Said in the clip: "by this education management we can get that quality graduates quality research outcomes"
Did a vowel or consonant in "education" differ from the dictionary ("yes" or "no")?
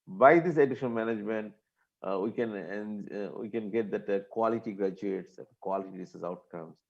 yes